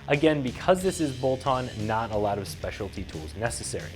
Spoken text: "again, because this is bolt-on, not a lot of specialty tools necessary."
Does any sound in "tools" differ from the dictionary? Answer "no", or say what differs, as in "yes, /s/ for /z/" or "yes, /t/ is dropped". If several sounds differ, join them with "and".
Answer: no